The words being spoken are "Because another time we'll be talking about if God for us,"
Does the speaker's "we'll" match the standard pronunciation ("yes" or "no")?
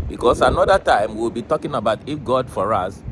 no